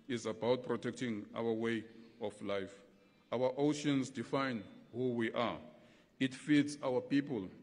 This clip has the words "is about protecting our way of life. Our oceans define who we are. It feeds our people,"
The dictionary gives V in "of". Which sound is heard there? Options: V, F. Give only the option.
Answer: F